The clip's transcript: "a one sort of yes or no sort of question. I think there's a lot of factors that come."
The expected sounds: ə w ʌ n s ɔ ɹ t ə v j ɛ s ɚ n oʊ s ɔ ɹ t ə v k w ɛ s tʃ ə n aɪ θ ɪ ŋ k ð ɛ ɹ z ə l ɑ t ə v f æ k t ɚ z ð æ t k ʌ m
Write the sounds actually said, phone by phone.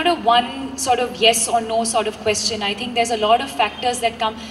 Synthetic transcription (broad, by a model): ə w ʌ n s ɔ ɹ t ə v j ɛ s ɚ n oʊ s ɔ ɹ t ə v k w ɛ s tʃ ə n aɪ t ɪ ŋ k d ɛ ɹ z ə l ɑ t ə v f æ k t ɚ z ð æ t k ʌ m